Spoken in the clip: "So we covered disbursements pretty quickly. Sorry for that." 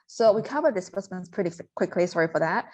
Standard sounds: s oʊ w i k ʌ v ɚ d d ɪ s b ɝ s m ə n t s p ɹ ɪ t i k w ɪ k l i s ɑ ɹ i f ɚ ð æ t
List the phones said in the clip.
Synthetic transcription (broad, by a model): s oʊ w i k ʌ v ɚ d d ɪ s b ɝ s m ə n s p ɹ ɪ t i k w ɪ k l i s ɑ ɹ i f ɚ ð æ t